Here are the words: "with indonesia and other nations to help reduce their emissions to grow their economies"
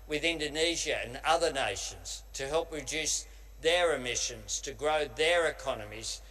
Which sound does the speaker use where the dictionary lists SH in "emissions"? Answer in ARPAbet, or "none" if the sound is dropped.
SH